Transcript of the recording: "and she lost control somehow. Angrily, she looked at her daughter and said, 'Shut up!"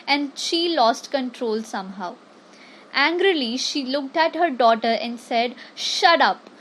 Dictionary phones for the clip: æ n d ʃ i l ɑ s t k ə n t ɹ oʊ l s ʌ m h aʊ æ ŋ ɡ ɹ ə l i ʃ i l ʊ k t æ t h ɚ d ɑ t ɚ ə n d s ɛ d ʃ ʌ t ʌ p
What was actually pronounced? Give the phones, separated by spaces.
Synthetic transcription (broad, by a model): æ n d ʃ i l ɑ s t k ə n t ɹ oʊ l s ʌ m h aʊ æ ŋ ɡ ɹ ə l i ʃ i l ʊ k t æ t h ɚ d ɑ t ɚ ə n d s ɛ d ʃ ʌ t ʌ p